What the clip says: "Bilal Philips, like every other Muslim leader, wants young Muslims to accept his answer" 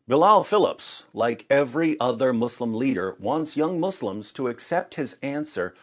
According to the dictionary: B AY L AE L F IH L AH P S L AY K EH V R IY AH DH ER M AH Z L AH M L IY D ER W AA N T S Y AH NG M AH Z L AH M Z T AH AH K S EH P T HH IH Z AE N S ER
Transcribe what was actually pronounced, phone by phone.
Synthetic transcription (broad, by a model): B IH L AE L F IH L AH P S L AY K EH V R IY AH DH ER M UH S L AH M L IY D ER W AA N T S Y AH NG M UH S L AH M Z T AH AH K S EH P T HH IH Z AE N S ER